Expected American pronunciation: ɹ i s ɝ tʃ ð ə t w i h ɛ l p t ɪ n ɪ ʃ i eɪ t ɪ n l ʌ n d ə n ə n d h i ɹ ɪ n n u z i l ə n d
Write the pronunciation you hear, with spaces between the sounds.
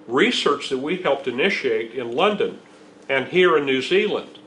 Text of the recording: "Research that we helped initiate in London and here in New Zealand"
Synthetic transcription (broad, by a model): ɹ i s ɝ tʃ ð ə t w i h ɛ l p t ɪ n ɪ ʃ i eɪ t ɪ n l ʌ n d ə n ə n h i ɹ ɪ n n u z i l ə n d